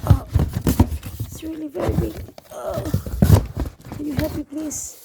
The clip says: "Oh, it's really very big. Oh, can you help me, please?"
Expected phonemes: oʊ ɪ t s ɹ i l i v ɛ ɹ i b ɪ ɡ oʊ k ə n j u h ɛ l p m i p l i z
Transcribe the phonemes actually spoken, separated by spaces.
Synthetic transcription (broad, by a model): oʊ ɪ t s ɹ i l i v ɛ ɹ i b ɪ ɡ oʊ k ə n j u h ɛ p i p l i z